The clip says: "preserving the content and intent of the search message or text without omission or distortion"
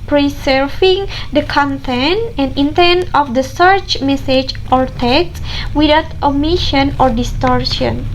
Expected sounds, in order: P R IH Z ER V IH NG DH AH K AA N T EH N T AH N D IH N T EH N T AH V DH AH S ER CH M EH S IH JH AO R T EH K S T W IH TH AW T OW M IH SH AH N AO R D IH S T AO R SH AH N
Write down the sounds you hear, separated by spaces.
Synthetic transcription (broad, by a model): P R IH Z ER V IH NG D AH K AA N T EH N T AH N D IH N T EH N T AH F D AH S ER CH M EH S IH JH AO R T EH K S W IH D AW T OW M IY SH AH N AO R D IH S T AO R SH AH N